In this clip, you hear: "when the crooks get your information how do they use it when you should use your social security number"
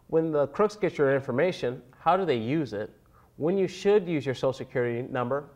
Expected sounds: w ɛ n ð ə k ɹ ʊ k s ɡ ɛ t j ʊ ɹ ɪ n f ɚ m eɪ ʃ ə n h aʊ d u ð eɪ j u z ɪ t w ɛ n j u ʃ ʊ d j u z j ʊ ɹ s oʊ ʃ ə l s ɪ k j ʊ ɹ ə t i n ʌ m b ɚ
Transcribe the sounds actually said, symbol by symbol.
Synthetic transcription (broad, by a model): w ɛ n ð ə k ɹ ʊ k s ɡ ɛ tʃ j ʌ ɹ ɪ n f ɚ m eɪ ʃ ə n h aʊ d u ð eɪ j u z ɪ t w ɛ n j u ʃ ʊ d j u z j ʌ ɹ s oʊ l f s ɪ k j ʊ ɹ ə t i n ʌ m b ɚ